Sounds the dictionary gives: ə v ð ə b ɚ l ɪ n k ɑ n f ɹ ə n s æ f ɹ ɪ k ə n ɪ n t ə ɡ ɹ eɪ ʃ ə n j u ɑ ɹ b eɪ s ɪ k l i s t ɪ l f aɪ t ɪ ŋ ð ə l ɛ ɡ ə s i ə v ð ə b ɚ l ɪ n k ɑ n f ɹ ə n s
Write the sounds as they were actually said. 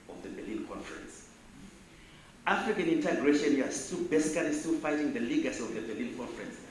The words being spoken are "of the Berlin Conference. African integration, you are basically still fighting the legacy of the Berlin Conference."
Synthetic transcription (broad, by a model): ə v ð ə b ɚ l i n k ɑ n f ɹ ə n s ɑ f ɹ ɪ k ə n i n t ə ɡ ɹ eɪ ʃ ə n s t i l b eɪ s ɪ k l i s t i l f aɪ t ɪ ŋ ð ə l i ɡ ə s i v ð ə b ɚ l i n k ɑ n f ɹ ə n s